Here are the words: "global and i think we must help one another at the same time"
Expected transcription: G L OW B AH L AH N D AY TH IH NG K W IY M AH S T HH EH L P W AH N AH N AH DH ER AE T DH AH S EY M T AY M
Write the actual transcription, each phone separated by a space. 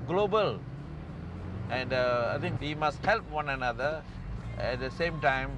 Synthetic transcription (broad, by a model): G L OW B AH L AH N D AY T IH NG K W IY M AH S T HH EH L P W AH N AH N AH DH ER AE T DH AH S EY M T AY M